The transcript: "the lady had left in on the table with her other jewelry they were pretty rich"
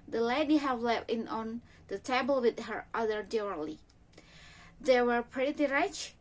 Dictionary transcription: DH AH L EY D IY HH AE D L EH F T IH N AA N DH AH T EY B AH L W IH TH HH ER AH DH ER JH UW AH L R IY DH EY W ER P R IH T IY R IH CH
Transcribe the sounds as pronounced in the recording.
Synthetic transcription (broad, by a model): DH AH L EY D IY HH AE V L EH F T IH N AA N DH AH T EY B AH L W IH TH HH ER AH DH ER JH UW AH L IY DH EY W ER P R IH T IY R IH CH